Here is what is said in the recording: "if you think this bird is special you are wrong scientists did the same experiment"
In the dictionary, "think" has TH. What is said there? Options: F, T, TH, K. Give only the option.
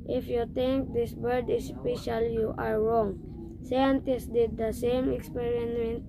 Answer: T